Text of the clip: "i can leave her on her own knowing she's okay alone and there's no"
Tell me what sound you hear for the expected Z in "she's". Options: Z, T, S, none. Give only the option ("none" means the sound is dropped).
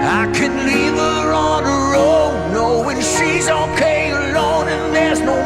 Z